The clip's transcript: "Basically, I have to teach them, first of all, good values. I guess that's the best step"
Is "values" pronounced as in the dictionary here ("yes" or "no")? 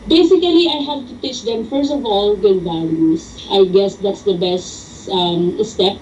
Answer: no